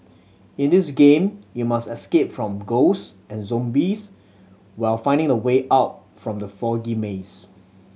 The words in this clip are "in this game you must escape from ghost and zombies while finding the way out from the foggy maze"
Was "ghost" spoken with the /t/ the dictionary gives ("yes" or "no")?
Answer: no